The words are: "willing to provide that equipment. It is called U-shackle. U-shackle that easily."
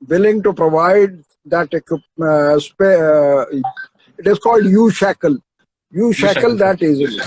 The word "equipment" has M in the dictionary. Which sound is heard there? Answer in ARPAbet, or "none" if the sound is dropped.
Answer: none